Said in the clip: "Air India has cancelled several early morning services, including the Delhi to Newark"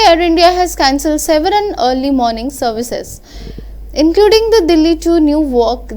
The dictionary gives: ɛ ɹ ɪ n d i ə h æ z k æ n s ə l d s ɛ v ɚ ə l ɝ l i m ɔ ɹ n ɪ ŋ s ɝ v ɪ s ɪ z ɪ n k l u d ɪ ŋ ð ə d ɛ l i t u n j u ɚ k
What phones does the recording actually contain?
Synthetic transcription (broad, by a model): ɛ ɹ ɪ n d i ə h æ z k æ n s ə l d s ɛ v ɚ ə n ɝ l i m ɔ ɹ n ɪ ŋ s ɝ v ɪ s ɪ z ɪ n k l u d ɪ ŋ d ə d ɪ l i t u n j u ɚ k